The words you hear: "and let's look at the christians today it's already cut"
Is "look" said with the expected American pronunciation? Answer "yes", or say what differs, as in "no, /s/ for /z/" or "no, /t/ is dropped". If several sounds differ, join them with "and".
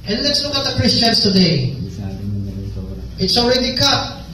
no, /n/ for /l/ and /k/ is dropped